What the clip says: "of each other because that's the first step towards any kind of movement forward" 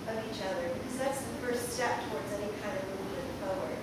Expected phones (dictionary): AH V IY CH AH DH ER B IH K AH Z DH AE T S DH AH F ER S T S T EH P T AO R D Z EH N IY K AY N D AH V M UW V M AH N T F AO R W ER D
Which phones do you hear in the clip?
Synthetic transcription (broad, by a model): AH V IY CH AH DH ER B IH K AH Z DH AE T S DH AH F ER S T S T EH P T AO R D Z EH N IY K AY N D AH V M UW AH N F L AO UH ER